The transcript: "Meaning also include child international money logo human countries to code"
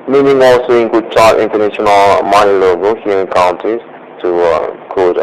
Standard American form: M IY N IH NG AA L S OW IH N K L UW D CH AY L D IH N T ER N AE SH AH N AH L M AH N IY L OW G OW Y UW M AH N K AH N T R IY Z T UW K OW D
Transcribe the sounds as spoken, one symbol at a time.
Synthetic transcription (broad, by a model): M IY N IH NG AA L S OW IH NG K UW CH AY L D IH N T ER N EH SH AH N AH L M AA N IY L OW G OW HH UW AH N K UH N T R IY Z T UW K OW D